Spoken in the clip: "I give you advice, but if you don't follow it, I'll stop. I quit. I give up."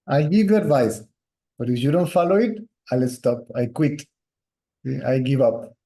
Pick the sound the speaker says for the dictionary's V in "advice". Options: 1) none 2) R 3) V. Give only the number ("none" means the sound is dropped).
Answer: 3